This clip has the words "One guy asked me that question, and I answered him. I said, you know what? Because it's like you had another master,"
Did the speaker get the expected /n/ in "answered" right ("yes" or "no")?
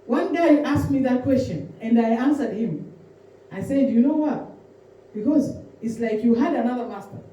yes